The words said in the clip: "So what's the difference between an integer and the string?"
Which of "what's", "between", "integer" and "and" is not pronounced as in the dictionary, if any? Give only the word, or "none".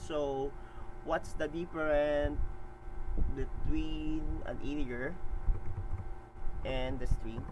integer